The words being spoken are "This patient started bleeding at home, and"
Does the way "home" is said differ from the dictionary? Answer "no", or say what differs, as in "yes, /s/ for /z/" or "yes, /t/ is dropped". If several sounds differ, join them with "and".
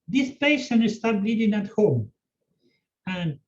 no